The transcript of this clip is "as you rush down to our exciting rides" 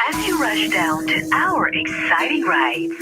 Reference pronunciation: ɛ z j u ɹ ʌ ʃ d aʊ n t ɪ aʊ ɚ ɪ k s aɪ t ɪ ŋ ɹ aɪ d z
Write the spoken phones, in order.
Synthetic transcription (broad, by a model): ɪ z j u ɹ ʌ ʃ d aʊ n t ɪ aʊ ɚ ɪ k s aɪ t ɪ ŋ ɹ aɪ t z